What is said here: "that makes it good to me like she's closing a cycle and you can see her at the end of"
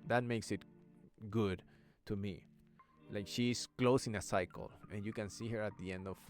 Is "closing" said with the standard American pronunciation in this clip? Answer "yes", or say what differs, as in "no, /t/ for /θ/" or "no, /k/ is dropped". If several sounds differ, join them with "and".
no, /s/ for /z/